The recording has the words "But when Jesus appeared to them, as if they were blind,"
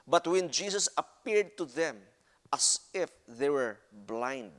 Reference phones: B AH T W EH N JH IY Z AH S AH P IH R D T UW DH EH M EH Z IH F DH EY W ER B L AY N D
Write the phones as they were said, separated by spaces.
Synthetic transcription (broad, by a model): B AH T W EH N JH IY S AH S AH P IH R D T UW DH EH M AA S IH F DH EY W ER B L AY N D